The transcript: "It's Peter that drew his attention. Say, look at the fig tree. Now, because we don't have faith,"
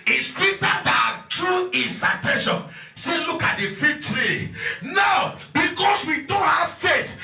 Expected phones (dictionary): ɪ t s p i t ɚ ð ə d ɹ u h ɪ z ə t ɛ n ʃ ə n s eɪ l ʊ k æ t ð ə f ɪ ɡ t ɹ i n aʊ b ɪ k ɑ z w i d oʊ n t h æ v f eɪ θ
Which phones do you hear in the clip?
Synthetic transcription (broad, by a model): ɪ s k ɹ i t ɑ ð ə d ɹ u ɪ s ə t ɛ n ʃ ə n s eɪ l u k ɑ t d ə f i t ɹ i n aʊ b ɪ k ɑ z w i d oʊ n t h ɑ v f eɪ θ